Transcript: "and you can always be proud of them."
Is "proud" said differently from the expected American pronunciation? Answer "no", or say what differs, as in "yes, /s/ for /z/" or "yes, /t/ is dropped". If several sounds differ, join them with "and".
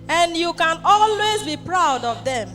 no